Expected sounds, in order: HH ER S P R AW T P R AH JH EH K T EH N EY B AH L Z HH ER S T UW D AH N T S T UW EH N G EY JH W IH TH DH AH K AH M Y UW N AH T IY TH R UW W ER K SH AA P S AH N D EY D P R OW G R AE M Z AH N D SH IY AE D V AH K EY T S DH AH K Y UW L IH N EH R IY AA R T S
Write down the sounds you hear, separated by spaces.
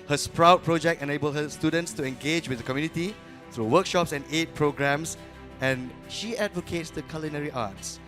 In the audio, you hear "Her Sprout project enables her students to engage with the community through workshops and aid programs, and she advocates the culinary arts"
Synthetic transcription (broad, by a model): HH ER S P R AW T P R AH JH EH K T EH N EY B AH L HH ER S T UW D AH N T S T UW EH N G EY JH W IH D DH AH K AH M Y UW N AH T IY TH R UW W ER K SH AA P S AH N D EY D P R OW G R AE M S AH N SH IY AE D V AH K EY T S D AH K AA L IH N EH R IY AA T S